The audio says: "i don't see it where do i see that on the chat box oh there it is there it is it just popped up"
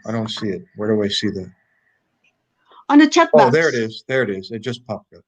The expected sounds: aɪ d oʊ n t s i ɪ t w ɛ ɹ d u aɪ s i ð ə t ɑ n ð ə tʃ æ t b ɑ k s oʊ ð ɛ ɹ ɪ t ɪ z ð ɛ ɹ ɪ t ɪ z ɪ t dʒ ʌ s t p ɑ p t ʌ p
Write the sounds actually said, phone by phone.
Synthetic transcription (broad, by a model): aɪ d oʊ n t s i ɪ t w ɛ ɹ d u aɪ s i ð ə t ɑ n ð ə tʃ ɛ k oʊ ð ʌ ɹ ɪ t ɪ z ð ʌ ɹ ɪ t ɪ z ɪ t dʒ ʌ s p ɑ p ʌ